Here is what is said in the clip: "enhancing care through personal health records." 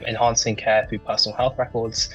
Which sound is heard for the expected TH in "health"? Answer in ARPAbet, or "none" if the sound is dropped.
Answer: TH